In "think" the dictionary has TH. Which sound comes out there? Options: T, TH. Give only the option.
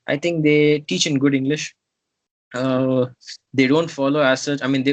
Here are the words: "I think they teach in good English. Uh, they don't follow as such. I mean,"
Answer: T